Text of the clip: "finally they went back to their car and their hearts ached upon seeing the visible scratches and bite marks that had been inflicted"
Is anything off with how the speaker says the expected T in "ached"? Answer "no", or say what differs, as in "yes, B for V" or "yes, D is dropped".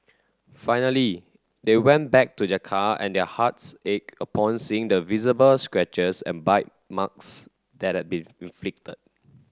yes, T is dropped